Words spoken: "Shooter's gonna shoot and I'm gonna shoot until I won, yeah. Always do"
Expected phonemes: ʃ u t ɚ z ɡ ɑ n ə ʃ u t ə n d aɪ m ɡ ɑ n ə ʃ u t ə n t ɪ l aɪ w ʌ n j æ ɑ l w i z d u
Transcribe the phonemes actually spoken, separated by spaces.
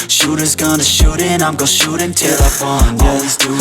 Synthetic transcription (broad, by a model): ʃ u t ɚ z ɡ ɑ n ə ʃ u t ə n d aɪ m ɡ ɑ ə ʃ u t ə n t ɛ l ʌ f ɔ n ɑ l w i z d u